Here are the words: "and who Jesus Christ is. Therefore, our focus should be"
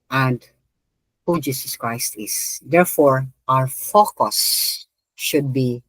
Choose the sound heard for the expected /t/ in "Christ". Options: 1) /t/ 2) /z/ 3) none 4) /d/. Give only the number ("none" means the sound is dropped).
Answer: 1